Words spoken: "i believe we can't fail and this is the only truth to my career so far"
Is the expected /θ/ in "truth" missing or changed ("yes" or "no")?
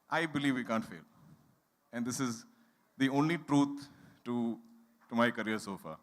yes